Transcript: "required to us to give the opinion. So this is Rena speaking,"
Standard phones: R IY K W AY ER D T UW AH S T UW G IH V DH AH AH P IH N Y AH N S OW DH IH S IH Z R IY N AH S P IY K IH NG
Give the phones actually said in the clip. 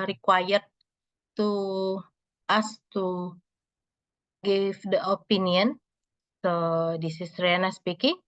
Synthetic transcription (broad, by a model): R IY K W AY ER T UW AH S T UW G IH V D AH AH P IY N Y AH N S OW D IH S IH S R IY N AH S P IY K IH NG